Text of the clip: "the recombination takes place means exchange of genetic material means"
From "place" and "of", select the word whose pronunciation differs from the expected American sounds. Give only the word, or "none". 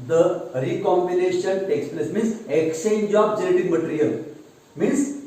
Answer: of